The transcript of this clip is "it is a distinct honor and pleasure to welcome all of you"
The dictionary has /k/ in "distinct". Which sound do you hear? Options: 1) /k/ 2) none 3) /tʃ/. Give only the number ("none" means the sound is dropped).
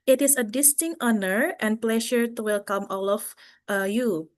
2